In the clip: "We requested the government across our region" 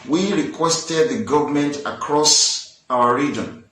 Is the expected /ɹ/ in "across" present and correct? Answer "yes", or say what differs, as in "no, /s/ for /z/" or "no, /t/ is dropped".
yes